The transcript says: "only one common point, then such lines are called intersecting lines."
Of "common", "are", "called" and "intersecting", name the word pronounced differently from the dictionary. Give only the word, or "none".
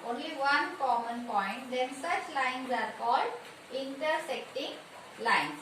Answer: none